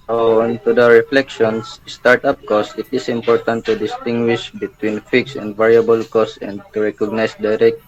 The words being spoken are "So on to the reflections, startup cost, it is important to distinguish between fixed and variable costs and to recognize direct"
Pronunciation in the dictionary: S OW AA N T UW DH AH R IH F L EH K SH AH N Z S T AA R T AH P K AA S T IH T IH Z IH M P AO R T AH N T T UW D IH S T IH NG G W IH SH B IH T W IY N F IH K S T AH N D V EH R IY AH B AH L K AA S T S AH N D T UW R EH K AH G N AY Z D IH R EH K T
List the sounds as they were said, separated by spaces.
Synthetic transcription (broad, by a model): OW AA N T UW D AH R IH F L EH K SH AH N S S T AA R T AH P K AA S IH T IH S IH M P AO R T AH N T T UW D IH S T IH NG G W IH SH B IH T W IY N F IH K S AH N D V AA R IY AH B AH L K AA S S AH N D T UW R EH K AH G N AY S D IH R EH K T